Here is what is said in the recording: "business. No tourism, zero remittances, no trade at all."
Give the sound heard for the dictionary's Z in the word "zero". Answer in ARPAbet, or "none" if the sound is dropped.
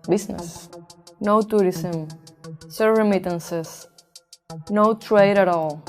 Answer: S